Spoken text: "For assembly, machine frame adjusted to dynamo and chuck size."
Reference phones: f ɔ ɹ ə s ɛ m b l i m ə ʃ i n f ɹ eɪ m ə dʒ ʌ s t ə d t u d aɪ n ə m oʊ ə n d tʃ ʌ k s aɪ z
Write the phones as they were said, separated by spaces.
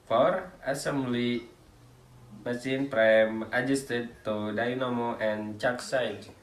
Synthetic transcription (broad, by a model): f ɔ ɹ ə s ɛ m b l i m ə s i n p ɹ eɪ m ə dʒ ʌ s t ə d t u d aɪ n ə m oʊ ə n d tʃ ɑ k s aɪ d